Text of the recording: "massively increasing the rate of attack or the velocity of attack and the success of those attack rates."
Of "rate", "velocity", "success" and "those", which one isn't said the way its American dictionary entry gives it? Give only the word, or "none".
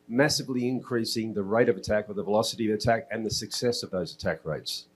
none